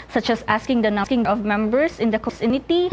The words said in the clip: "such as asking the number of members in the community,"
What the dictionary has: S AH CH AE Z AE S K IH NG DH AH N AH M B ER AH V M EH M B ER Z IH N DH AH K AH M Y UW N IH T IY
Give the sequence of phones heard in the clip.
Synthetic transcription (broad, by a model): S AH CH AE S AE S K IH NG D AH N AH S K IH AH V M EH M B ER S IH N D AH K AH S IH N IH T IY